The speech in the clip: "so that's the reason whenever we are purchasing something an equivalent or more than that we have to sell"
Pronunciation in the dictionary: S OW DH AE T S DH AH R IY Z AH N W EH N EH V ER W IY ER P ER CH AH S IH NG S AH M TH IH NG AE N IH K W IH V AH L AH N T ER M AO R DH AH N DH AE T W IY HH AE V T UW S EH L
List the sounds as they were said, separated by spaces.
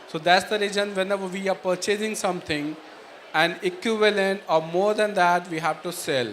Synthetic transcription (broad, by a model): S OW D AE T S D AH R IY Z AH N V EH N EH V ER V IY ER P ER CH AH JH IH NG S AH M T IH NG AE N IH K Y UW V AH L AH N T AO M AO R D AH N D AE T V IY HH AE V T UW S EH L